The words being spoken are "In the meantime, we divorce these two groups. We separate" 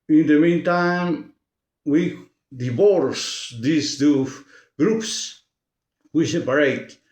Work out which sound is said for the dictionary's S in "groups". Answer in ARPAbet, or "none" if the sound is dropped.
S